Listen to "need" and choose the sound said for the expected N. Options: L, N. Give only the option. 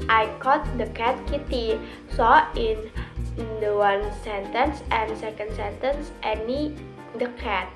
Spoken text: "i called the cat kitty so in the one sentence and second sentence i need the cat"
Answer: N